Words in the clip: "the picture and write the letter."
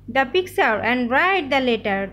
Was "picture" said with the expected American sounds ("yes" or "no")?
no